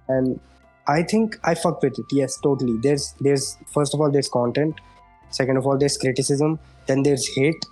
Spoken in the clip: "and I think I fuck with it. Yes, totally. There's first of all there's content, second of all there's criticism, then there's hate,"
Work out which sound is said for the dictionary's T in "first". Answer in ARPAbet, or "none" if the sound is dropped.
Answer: T